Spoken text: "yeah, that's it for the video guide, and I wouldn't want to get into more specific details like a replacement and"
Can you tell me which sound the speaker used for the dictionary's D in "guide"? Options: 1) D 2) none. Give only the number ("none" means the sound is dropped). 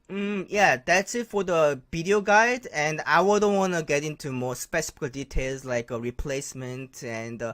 1